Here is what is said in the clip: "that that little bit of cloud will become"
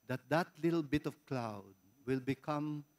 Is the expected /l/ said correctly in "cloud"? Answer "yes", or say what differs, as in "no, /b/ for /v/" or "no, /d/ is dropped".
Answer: yes